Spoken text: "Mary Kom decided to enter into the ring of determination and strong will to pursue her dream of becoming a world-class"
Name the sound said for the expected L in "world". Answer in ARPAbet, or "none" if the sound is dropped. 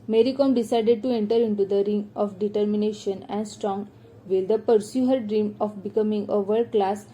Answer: none